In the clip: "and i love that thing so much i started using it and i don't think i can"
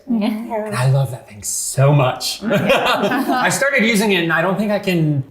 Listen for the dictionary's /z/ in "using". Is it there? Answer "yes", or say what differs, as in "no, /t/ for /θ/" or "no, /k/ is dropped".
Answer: yes